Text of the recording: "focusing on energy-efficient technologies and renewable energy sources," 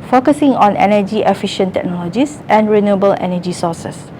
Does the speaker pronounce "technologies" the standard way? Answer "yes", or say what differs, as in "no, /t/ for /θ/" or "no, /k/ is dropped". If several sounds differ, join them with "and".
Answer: no, /s/ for /z/